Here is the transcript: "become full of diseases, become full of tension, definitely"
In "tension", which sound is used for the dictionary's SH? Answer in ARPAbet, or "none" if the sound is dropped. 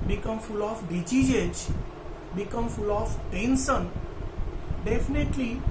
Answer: S